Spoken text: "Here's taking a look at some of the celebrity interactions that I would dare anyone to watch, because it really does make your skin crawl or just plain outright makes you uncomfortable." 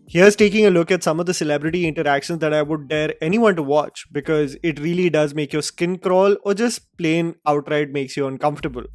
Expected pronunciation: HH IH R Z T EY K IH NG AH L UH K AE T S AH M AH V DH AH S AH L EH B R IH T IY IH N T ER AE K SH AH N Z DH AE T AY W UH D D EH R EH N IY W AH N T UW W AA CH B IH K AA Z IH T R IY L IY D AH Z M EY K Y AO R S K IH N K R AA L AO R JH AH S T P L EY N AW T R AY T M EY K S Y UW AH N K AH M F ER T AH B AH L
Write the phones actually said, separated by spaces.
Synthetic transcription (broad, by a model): HH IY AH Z T EY K IH NG AH L UH K AE T S AH M AH V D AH S AH L EH B R IH T IY IH N T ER AE K SH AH N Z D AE T AY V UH D D EH R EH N IY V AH N T UW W AA CH B IH K AA Z IH T R IY L IY D AH Z M EY K Y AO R S K IH N K R AA L AO R JH AH S T P L EY N AW T R AY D M EY K S Y UW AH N K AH M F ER T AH B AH L